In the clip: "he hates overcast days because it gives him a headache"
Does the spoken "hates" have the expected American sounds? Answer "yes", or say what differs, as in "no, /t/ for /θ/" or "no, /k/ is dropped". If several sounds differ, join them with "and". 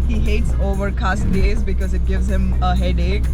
yes